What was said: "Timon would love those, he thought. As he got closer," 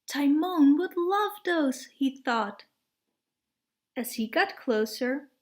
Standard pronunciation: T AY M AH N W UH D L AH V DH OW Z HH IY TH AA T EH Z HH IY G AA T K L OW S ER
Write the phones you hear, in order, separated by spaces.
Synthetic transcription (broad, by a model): T AY M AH N W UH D L AH V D OW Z HH IY TH AA T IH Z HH IY G AA T K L OW S ER